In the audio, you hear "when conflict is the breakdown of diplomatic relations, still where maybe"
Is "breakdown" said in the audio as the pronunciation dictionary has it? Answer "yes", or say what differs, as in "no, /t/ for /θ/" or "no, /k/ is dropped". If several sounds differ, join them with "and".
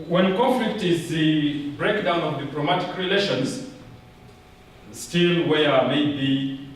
yes